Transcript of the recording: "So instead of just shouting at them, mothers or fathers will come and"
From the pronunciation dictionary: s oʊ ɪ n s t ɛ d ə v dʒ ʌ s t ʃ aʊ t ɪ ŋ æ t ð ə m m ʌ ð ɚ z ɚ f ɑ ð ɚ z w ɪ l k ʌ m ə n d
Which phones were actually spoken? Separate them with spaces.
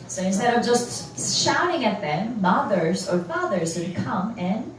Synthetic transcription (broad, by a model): s oʊ ɪ n s t ɛ d ə v dʒ ʌ s t ʃ aʊ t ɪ ŋ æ t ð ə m m ʌ ð ɚ z ɚ f ɑ ð ɚ z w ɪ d k ʌ m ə n